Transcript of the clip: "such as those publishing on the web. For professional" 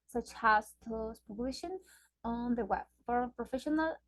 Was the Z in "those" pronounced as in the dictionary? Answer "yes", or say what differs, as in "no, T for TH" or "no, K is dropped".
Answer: no, S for Z